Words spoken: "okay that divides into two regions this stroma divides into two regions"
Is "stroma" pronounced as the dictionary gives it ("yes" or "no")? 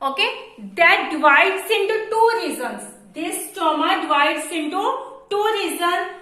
no